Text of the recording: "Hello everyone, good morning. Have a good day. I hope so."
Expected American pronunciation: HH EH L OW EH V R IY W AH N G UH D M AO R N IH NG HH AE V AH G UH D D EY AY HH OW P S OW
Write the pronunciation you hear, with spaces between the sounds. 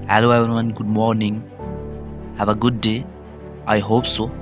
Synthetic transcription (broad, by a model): HH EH L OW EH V IY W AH N G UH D M AO R N IH NG HH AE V AH G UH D D EY AY HH OW P S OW